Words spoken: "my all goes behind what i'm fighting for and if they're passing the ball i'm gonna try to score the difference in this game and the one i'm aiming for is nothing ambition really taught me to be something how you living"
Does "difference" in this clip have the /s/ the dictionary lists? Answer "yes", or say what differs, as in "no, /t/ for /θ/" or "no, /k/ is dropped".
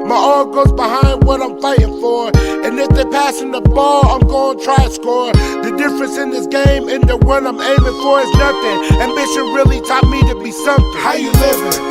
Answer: yes